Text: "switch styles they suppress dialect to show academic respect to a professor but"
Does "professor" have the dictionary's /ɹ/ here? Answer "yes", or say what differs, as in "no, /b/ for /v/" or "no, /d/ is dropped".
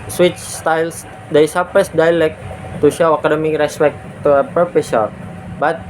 no, /ɹ/ is dropped